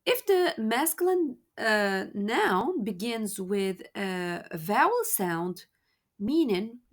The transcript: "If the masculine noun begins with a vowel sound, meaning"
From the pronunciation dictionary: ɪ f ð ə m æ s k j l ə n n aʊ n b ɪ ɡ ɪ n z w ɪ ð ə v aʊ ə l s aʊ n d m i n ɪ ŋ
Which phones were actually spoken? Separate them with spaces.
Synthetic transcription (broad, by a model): ɪ f ð ə m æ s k l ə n n aʊ n b ɪ ɡ ɪ n z w ɪ ð ə v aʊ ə l s aʊ n d m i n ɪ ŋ